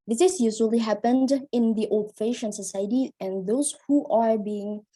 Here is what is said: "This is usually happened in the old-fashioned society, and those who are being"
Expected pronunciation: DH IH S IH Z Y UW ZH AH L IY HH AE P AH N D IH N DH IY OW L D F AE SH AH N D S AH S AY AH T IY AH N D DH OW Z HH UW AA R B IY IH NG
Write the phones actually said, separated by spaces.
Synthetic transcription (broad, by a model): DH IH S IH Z Y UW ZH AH L IY HH AE P AH N D IH N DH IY OW L D F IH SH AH N S AH S AY AH T IY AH N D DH OW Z HH UW AA R B IY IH NG